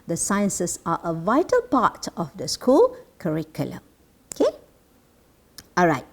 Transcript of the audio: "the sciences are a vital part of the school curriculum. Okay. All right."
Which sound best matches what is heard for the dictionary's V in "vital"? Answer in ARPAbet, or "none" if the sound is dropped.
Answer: V